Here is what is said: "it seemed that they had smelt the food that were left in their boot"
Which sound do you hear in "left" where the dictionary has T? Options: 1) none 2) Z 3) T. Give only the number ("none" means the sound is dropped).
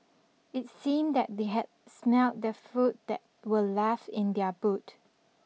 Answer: 1